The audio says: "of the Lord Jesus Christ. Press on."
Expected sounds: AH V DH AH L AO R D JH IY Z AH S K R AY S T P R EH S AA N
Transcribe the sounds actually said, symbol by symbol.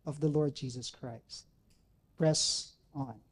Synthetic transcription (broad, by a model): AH V DH AH L AO R D JH IY Z AH S K R AY S T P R EH S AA N